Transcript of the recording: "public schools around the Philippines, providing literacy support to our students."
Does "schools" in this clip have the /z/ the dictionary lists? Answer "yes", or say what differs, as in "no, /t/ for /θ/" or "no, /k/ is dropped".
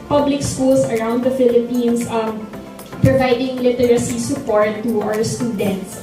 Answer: no, /s/ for /z/